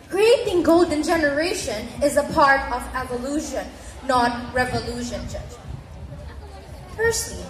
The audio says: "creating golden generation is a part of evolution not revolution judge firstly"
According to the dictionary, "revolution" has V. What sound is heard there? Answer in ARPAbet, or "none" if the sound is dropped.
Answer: V